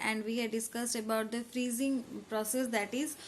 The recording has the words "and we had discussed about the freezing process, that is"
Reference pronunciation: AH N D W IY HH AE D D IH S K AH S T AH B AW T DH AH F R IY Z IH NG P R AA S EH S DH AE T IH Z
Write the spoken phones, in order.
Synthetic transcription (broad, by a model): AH N D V IY HH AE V D IH S K AH S T AH B AW T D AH F R IY Z IH NG P R AA S EH S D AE T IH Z